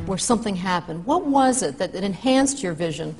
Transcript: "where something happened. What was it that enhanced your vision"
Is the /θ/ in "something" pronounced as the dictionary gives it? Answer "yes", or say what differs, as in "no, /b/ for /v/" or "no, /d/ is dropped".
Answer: yes